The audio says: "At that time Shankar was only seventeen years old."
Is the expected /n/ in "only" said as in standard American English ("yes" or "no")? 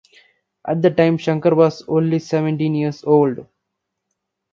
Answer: yes